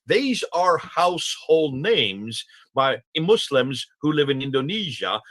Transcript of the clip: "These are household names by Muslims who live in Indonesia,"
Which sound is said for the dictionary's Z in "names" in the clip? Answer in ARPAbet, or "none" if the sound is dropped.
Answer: Z